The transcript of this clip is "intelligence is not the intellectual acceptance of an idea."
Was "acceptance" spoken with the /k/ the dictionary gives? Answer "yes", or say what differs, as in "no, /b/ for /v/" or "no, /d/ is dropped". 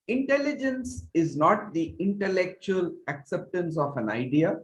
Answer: yes